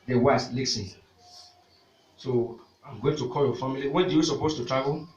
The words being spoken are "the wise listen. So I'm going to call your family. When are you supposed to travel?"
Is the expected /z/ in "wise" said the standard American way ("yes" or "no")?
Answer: no